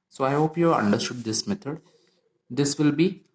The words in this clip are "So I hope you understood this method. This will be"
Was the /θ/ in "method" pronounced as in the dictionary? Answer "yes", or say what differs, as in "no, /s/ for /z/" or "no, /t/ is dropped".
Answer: no, /t/ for /θ/